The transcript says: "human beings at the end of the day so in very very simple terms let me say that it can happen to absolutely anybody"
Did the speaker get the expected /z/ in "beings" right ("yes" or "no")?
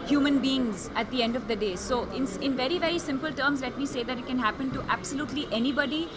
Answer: yes